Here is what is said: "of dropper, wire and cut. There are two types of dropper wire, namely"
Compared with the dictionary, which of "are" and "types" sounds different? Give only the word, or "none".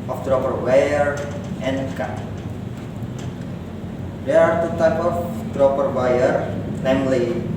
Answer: types